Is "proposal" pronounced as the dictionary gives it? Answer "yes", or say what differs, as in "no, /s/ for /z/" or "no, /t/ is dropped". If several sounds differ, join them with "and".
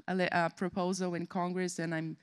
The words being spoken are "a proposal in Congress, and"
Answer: yes